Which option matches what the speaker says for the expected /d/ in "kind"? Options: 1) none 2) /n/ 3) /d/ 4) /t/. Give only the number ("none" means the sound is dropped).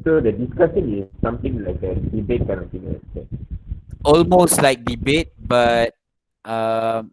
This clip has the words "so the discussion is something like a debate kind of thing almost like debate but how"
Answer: 1